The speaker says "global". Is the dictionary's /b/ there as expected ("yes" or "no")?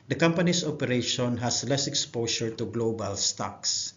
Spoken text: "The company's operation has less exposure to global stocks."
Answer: yes